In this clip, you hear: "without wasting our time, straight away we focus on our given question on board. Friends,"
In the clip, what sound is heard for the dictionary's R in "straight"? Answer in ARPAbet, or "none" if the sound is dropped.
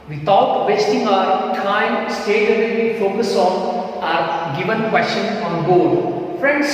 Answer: none